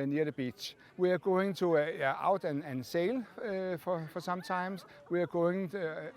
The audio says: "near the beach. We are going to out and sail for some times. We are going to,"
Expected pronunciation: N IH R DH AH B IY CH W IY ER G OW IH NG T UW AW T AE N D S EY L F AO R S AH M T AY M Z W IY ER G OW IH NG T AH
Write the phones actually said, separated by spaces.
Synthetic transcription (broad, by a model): N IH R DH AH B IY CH W IY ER G OW IH NG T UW AW T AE N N S EY L F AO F S AH M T AY M S W IY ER G OW IH NG